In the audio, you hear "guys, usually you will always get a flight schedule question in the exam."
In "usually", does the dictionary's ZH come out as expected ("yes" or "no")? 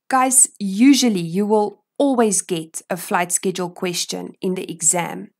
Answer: yes